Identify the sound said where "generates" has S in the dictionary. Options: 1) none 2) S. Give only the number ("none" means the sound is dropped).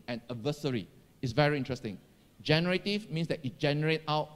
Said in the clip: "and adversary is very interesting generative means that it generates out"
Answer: 1